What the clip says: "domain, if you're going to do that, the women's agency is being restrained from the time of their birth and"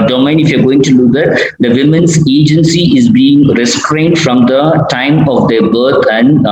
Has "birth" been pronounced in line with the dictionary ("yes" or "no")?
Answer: no